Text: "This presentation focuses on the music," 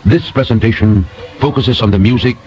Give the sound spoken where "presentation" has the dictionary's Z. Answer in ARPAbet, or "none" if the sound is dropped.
Z